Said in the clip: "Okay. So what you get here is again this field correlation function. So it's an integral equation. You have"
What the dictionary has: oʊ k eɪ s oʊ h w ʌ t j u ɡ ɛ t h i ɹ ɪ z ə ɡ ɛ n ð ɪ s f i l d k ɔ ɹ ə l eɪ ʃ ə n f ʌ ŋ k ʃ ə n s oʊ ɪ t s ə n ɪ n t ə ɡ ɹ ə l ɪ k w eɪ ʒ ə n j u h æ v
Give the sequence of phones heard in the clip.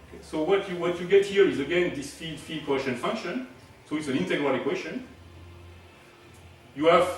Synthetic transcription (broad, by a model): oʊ k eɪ s oʊ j w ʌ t j u ɡ ɛ t h i ɹ ɪ z ə ɡ ɛ n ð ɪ s f i l d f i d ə eɪ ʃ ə n f ʌ ŋ k ʃ ə n s oʊ ɪ t s ə n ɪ n t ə ɡ ɹ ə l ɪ k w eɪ ʃ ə n j u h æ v